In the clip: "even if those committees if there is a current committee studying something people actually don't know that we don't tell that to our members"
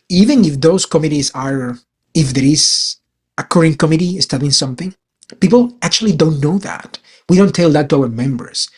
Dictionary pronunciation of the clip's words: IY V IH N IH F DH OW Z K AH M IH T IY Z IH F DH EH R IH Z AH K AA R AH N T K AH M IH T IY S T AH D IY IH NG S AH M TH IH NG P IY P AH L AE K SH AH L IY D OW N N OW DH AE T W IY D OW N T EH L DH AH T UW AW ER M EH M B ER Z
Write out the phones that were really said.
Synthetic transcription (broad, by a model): IY V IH N IH F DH OW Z K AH M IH T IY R IH F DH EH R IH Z AH K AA R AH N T K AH M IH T IY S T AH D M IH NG S AH M TH IH NG P IY P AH L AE K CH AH L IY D OW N N OW DH AE T W IY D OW N T EH L DH AH T UW AW ER M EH M B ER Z